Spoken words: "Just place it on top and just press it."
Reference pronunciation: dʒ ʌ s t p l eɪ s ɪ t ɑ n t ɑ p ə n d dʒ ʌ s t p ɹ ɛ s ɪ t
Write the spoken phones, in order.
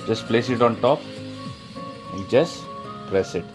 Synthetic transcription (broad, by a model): dʒ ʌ s t p l eɪ s ɪ t ɑ n t ɑ p ə n d dʒ ʌ s t p ɹ ɛ s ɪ t